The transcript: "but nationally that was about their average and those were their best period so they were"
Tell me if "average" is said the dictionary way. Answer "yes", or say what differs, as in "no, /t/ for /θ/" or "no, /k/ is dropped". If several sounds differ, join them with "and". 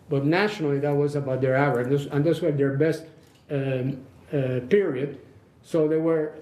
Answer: no, /w/ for /v/